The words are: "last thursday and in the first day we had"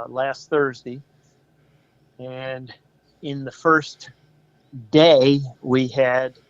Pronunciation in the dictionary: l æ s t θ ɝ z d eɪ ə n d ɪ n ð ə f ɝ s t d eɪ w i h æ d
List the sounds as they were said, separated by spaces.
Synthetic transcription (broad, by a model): l æ s t θ ɝ z d eɪ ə n ɪ n ð ə f ɝ s t d eɪ w i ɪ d